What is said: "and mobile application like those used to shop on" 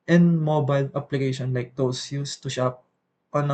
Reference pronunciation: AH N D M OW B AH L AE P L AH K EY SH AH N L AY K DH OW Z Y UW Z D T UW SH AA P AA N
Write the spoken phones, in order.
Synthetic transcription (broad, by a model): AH N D M OW B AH L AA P L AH K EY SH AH N L AY K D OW S Y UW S T UW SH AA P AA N